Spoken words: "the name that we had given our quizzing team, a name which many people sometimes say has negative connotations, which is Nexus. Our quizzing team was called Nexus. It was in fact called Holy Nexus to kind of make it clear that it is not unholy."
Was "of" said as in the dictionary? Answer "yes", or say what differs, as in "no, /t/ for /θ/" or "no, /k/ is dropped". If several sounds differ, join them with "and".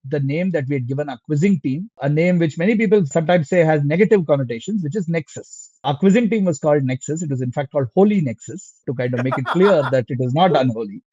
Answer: yes